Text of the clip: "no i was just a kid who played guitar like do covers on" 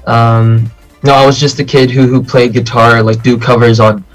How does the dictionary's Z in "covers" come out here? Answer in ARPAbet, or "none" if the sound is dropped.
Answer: Z